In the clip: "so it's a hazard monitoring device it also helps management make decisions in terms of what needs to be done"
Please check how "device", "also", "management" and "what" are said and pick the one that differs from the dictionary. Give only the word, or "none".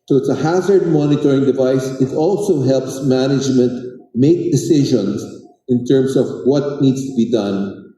none